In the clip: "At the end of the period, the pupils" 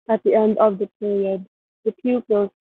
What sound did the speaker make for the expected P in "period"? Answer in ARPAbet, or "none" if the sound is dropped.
P